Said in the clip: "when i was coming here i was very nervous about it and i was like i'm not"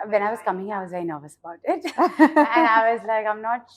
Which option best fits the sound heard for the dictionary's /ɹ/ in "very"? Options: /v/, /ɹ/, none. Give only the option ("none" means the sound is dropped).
none